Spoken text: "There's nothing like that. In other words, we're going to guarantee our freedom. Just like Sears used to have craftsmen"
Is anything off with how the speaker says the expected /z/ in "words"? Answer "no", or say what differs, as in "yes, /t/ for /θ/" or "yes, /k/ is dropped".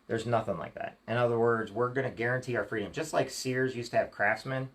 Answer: no